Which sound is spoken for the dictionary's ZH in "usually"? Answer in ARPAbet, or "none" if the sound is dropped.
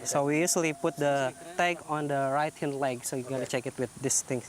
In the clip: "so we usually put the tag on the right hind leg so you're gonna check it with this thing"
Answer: S